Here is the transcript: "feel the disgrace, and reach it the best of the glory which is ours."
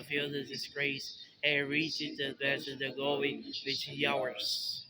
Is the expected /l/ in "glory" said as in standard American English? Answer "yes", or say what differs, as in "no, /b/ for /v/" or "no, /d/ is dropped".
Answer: no, /l/ is dropped